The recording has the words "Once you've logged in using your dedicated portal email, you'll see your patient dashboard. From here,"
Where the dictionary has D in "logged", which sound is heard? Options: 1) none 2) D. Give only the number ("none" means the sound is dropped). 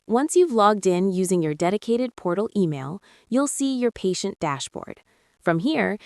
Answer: 2